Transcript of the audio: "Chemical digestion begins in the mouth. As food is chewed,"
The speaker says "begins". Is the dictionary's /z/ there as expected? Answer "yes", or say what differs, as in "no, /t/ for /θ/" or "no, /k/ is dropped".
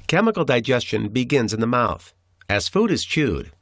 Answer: yes